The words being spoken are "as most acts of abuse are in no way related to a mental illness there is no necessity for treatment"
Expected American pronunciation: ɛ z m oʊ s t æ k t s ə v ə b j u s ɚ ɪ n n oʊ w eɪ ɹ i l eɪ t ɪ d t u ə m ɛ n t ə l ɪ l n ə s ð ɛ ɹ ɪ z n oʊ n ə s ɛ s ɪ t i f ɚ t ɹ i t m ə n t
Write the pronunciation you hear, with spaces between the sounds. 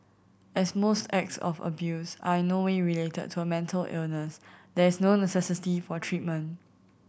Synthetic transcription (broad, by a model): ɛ s m oʊ s t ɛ k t s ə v ə b j u s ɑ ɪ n n oʊ w eɪ ɹ i l eɪ t ɪ d t u ə m ɛ n t ə l ɪ l n ə s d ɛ ɹ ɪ s n oʊ n ə s ɛ s ɪ t i f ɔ t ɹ i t m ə n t